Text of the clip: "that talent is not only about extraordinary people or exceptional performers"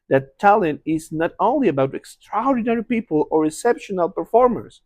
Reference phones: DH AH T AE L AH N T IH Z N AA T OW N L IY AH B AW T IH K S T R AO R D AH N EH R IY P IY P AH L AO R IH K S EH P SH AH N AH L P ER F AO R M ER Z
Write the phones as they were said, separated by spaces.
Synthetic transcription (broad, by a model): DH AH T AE L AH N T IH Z N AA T OW N L IY AH B AW T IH K S T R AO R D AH N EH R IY P IY P AH L AO R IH S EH P SH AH N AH L P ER F AO R M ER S